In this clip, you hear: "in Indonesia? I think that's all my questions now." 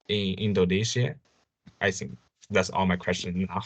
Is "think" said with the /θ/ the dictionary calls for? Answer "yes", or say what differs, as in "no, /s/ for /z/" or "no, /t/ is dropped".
yes